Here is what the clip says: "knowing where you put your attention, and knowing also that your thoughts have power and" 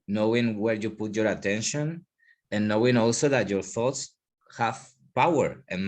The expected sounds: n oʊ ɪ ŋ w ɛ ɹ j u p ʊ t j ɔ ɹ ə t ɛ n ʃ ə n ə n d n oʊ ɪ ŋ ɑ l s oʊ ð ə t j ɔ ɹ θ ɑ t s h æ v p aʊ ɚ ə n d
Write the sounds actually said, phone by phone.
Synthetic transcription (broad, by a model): n oʊ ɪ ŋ w ɛ ɹ j u p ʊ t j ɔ ɹ ə t ɛ n ʃ ə n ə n n oʊ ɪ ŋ ɑ l s oʊ ð ə t j ɔ ɹ θ ɑ t s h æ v p aʊ ɚ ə n